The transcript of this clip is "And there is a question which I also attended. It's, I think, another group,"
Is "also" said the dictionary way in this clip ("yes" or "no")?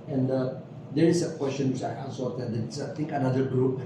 no